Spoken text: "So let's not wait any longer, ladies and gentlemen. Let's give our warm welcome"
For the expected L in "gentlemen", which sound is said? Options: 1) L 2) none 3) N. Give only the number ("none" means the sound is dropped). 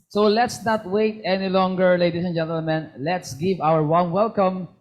1